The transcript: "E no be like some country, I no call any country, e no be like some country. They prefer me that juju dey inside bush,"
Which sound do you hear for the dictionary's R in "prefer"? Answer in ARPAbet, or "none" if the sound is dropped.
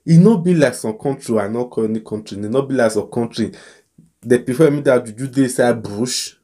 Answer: none